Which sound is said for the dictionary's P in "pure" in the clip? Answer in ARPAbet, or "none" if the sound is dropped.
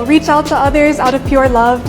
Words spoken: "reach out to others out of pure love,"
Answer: P